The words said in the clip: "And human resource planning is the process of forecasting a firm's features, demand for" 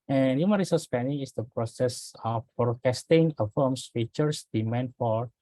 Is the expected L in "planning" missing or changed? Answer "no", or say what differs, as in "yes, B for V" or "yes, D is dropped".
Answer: yes, L is dropped